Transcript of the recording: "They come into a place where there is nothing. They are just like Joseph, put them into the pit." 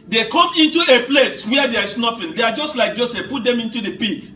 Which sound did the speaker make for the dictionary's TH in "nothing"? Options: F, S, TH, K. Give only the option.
F